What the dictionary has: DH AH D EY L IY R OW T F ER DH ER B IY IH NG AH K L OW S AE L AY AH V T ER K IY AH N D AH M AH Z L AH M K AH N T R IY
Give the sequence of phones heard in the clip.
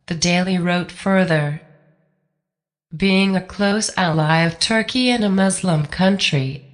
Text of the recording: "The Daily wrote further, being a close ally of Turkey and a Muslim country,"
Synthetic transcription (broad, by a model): DH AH D EY L IY R OW T F ER DH ER B IY IH NG AH K L OW S AE L AY AH V T ER K IY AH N AH M AH Z L AH M K AH N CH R IY